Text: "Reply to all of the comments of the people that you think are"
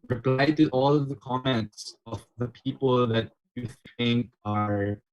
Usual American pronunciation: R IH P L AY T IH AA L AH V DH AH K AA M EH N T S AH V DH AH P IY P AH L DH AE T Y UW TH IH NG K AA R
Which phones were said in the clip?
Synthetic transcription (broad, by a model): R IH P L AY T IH AA L AH V DH AH K AA M EH N T S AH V DH AH P IY P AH L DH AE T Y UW TH IH NG K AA R